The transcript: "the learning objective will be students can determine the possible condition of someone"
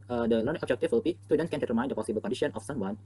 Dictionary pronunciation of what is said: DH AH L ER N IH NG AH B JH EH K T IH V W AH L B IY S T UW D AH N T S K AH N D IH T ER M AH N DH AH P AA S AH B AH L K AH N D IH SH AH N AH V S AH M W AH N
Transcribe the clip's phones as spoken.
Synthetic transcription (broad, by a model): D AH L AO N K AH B JH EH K T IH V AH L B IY S T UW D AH N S K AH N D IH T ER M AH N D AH P AA S AH B AH L K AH N D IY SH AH N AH F S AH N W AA N